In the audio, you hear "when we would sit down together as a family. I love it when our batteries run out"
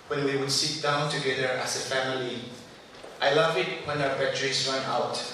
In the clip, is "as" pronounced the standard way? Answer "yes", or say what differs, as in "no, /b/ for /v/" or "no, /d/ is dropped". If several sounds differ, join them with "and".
no, /s/ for /z/